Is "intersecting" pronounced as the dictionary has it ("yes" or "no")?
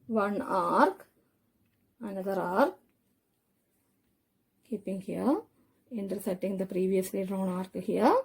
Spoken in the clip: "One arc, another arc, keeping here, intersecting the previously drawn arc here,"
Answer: no